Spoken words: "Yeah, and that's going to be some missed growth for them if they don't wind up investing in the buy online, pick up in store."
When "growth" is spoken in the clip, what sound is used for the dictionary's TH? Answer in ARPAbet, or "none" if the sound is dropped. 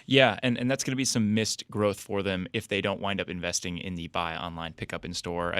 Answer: TH